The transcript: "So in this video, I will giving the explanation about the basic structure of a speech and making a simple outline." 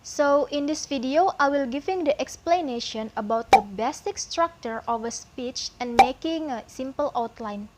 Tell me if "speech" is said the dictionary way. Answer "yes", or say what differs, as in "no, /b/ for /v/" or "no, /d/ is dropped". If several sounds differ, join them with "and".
yes